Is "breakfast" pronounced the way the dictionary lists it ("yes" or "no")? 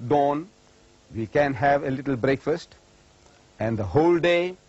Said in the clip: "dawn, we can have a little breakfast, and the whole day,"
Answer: yes